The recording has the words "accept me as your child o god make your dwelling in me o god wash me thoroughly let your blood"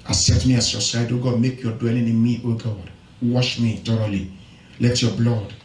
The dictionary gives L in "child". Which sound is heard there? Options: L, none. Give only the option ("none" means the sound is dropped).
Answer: none